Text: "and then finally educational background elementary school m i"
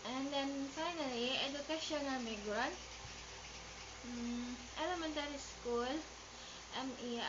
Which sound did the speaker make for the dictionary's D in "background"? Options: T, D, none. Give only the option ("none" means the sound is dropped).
none